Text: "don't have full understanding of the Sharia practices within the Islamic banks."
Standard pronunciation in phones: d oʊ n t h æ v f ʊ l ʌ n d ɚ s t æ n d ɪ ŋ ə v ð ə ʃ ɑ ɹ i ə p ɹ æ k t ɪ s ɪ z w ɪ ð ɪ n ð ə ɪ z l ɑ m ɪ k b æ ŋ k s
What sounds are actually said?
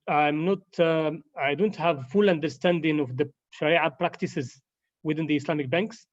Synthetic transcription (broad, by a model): d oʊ n t h æ v f ʊ l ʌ n d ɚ s t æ n d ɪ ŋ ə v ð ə ʃ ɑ ɹ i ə p ɹ æ k t ɪ s ɪ z w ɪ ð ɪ n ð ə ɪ s l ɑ m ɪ k b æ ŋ k s